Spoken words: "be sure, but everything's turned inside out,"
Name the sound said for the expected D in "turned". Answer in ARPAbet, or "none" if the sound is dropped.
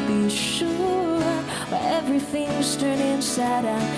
none